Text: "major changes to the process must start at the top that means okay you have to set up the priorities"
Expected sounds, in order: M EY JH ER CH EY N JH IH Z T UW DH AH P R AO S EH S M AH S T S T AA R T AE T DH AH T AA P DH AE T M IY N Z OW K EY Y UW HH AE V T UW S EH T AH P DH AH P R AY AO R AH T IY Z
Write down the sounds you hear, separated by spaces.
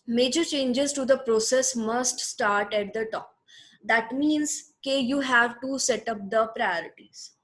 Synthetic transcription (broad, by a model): M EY JH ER CH EY N JH IH Z T UW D AH P R AO S EH S M AH S T S T AA R T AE T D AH T AA P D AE T M IY N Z K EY Y UW HH AE V T UW S EH T AH P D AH P R AY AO R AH T IY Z